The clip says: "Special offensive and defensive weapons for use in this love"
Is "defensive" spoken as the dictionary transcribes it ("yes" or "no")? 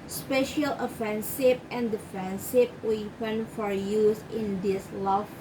no